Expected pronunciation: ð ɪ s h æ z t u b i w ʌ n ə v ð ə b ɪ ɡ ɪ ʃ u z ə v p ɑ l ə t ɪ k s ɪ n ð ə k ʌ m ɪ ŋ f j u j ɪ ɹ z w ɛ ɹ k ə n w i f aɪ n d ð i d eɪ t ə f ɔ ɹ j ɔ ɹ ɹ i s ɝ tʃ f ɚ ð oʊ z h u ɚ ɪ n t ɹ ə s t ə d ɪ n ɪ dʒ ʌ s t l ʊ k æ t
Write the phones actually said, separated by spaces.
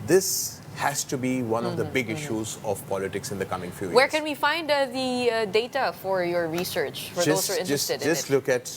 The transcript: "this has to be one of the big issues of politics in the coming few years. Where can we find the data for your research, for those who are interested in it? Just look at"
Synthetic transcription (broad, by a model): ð ɪ s h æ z t u b i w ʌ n ə v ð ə b ɪ ɡ ɪ ʃ u z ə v p ɑ l ə t ɪ k s ɪ n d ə k ʌ m ɪ ŋ f j u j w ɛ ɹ k ə n w i f aɪ n d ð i d eɪ t ə f ɔ ɹ j ɔ ɹ ɹ i s ɝ tʃ f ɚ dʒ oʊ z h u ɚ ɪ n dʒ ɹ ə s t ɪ ɪ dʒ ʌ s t l ʊ k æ t